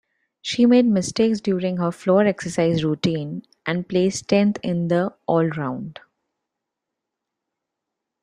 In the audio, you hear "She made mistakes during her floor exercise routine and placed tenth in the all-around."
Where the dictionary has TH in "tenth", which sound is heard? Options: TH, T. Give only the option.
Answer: T